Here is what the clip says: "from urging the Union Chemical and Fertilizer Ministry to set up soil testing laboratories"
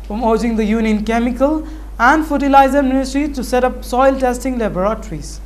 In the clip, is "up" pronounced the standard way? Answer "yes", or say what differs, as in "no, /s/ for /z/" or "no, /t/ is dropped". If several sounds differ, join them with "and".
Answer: yes